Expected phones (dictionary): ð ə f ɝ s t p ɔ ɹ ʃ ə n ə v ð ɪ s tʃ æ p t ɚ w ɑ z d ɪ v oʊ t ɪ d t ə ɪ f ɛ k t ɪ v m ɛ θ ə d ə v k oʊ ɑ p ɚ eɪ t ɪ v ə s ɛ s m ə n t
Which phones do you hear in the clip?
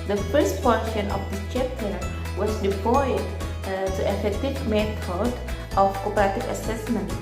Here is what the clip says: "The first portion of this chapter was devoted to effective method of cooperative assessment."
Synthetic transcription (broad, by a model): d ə f ɝ s t p ɔ ɹ ʃ ə n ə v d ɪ tʃ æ p t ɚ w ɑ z d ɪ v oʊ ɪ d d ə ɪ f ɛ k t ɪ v m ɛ t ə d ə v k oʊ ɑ p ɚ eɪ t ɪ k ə s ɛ s m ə n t